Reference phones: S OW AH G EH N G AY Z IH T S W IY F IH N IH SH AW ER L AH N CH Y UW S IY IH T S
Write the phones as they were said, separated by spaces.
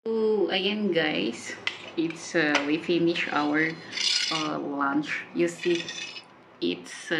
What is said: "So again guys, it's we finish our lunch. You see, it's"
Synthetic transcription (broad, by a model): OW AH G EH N G AY S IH T S W IY F IH N IH SH AW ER L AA N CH Y UW S IY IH T S